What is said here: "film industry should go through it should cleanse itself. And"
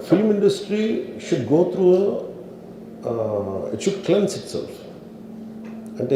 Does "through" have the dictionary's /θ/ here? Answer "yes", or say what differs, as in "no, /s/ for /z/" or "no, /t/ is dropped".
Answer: no, /t/ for /θ/